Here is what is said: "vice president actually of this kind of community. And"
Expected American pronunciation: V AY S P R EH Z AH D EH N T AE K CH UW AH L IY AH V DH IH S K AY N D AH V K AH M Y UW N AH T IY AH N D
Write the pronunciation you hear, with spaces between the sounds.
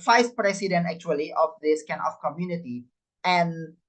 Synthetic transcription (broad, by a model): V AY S P R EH S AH D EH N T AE K CH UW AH L IY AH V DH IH S K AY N AH F K AH M Y UW N AH T IY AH N